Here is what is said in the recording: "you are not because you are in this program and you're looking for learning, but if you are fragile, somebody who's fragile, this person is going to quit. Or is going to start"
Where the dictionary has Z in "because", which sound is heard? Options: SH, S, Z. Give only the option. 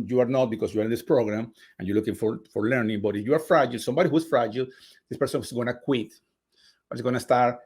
S